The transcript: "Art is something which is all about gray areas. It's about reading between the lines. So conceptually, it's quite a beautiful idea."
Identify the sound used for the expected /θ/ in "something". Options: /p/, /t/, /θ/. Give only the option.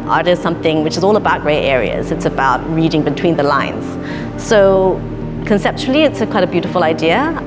/θ/